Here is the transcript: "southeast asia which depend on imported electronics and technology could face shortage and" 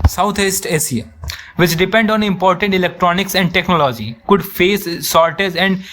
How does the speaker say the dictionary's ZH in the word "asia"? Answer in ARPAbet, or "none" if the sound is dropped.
S